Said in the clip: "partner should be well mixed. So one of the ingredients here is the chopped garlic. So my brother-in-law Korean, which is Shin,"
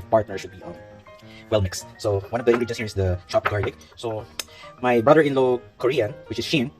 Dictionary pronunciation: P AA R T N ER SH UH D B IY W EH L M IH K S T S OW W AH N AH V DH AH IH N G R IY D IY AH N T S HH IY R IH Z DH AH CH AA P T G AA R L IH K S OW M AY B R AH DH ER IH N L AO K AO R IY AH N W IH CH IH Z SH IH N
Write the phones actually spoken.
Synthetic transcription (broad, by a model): P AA R T N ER SH UH D B IY W EH L M IH K S T S OW W AH N AH V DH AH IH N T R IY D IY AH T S HH IY R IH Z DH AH SH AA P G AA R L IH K S OW M AY B R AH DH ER IH N L AO K AO R IY AH N W IH CH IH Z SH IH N